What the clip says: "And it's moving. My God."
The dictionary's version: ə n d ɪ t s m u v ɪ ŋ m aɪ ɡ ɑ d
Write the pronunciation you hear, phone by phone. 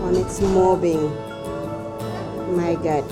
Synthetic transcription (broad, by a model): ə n ɪ t s m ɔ b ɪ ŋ m aɪ ɡ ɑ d